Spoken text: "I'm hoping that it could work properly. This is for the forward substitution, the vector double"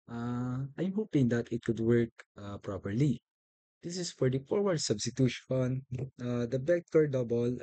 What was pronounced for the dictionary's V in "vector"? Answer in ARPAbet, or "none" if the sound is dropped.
B